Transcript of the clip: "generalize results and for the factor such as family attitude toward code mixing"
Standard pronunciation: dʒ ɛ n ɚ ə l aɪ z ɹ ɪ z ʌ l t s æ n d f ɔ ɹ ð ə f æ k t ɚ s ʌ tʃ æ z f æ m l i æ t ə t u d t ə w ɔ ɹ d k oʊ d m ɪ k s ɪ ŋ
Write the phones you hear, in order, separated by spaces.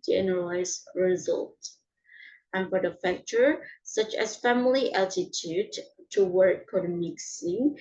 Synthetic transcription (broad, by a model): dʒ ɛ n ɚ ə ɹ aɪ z ɹ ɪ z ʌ l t æ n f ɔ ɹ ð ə f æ k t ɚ s ʌ tʃ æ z f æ m l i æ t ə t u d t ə w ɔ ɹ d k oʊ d m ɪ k s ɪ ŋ